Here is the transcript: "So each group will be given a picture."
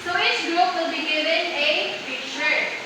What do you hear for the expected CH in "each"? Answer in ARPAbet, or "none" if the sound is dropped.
S